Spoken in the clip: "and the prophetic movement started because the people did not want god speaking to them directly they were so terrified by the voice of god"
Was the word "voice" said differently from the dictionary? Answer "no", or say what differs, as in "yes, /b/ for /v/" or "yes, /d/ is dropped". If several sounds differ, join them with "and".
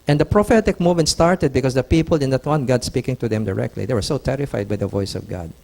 no